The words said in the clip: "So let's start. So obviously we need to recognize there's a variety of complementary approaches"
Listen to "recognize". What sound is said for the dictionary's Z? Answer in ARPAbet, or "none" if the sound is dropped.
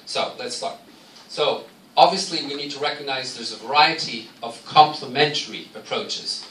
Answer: Z